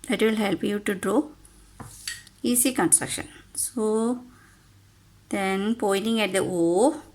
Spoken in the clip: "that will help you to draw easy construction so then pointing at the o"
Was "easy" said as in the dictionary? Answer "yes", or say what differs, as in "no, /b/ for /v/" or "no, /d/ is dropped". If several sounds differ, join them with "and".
no, /s/ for /z/